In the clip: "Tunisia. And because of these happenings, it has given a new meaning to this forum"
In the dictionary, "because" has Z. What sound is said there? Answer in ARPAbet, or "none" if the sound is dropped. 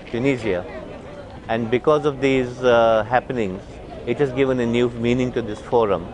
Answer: Z